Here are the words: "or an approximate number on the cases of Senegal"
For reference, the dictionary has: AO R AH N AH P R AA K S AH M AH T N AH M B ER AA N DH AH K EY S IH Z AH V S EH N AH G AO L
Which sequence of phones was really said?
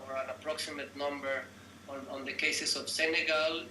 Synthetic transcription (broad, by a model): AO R AH N AH P R AA K S AH M AH T N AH M B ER AA N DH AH K EY S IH S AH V S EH N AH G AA L